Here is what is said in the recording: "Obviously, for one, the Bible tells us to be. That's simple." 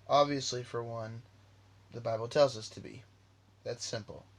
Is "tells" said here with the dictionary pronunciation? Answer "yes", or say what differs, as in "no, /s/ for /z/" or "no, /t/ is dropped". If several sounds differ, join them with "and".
yes